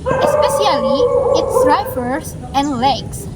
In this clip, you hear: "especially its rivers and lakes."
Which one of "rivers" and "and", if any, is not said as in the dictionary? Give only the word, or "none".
rivers